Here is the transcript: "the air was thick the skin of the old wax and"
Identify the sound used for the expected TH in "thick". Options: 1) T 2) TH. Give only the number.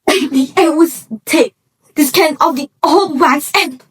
1